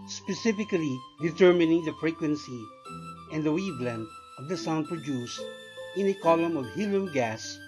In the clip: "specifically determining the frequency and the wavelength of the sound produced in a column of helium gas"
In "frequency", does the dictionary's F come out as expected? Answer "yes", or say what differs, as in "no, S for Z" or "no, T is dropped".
yes